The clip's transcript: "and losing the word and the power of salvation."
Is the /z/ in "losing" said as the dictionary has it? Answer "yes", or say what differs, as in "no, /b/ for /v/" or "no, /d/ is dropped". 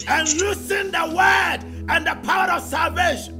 no, /s/ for /z/